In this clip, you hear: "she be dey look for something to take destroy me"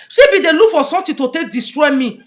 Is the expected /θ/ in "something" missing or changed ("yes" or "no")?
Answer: yes